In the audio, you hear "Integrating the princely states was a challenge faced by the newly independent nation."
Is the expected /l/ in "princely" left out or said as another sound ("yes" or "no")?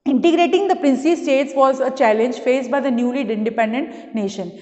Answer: yes